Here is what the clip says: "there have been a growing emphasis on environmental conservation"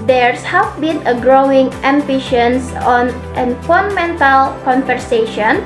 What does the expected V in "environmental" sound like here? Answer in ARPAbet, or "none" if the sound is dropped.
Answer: F